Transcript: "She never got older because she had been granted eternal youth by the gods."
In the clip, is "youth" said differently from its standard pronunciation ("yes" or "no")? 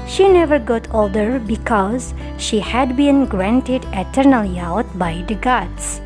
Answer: yes